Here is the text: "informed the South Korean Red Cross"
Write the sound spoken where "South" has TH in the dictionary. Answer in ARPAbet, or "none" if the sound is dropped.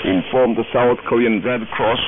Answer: TH